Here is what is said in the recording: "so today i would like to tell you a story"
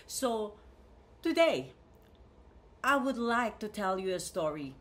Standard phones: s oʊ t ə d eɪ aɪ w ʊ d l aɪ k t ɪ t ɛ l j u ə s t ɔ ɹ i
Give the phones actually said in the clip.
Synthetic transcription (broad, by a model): s oʊ t ə d eɪ aɪ w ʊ d l aɪ k t ɪ t ɛ l j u ə s t ɔ ɹ i